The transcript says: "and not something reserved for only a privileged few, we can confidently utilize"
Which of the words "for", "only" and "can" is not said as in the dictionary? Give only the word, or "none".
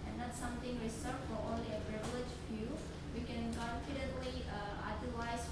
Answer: none